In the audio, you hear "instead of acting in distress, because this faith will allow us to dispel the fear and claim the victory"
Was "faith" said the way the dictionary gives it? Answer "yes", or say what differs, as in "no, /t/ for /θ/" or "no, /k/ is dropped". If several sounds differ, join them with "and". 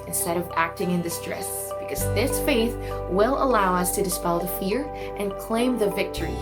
yes